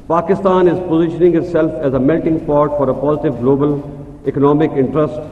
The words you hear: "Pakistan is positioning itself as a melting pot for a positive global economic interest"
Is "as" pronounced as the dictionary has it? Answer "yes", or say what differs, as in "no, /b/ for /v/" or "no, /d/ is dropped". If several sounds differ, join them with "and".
yes